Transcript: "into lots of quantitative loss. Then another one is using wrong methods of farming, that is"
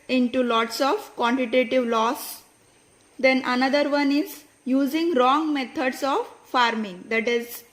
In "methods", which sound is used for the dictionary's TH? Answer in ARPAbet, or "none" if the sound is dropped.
T